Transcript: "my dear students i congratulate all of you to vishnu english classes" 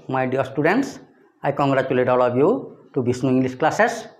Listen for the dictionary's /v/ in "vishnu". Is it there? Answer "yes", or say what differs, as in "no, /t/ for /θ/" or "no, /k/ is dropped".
no, /b/ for /v/